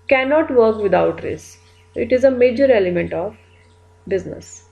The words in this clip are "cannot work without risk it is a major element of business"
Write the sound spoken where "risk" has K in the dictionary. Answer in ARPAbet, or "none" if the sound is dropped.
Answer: none